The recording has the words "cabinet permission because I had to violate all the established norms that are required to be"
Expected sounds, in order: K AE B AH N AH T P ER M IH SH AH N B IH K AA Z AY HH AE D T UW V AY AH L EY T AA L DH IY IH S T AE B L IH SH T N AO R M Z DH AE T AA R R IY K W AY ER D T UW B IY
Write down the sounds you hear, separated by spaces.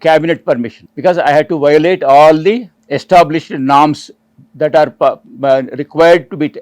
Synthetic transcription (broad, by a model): K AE B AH N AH T P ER M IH SH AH N B IH K AA Z AY HH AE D T UW V AY AH L EY T AA L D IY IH S T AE B L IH SH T N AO R M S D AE T AA R R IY K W AY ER D T UW B IY